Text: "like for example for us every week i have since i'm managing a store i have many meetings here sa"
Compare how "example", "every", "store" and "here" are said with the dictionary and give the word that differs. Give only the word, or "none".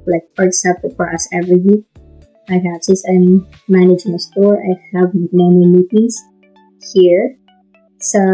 example